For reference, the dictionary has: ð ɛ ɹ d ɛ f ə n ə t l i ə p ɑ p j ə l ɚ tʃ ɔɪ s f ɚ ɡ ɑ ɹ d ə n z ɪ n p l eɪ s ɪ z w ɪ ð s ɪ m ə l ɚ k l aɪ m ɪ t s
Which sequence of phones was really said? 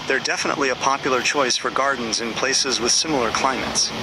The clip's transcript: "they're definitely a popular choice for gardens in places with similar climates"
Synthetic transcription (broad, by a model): ð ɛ ɹ d ɛ f ə n ə t l i ə p ɑ p j l ɚ tʃ ɔɪ s f ɚ ɡ ɑ ɹ d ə n z ɪ n p l eɪ s ɪ z w ɪ ð s ɪ m l ɚ k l aɪ m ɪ t s